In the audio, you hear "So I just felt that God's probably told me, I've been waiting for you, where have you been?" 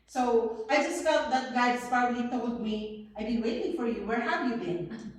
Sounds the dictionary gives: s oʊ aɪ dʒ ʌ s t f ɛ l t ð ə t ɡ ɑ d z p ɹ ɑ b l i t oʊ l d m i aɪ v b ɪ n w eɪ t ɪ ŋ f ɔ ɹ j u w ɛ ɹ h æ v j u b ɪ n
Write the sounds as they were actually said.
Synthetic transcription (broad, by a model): s oʊ aɪ dʒ ʌ s t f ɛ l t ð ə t ɡ ɑ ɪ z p ɑ l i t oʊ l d m i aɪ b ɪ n w eɪ t ɪ ŋ f ɔ ɹ j u w ɛ ɹ h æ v j u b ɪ n